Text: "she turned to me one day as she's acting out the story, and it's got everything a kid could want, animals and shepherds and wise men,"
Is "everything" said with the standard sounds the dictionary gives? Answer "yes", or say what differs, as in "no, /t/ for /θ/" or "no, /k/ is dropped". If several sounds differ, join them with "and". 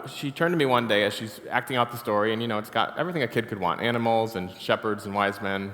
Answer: yes